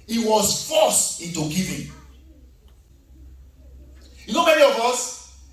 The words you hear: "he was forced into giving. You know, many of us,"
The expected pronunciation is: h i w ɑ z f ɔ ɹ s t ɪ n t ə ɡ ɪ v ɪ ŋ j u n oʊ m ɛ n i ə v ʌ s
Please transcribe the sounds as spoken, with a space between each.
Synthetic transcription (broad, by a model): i w ɑ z f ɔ s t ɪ t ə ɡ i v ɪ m j u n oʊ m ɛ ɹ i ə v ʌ s